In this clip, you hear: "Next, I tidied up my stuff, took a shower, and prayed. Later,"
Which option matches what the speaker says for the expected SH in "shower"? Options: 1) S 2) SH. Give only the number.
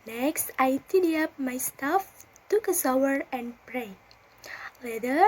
1